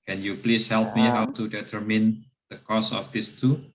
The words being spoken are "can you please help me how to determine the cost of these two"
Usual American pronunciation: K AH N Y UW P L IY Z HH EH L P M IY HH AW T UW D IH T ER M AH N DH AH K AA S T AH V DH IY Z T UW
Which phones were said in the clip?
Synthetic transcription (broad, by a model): K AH N Y UW P L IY S HH EH L P M IY HH AW T UW D IH T ER M AH N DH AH K AA S AH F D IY S T UW